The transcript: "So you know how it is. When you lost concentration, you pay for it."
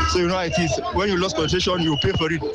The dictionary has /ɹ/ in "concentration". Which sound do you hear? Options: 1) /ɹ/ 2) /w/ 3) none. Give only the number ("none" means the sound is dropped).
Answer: 3